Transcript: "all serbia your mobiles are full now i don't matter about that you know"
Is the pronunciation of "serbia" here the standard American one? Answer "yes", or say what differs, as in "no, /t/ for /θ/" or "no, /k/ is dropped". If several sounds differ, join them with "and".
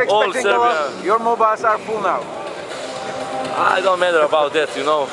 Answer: no, /b/ is dropped